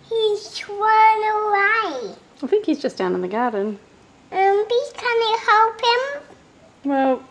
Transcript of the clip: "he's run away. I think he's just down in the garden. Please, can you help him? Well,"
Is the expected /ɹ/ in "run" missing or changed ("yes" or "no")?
yes